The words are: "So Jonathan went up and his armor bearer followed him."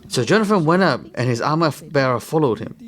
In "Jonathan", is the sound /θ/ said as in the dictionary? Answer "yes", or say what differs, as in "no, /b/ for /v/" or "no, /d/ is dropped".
no, /f/ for /θ/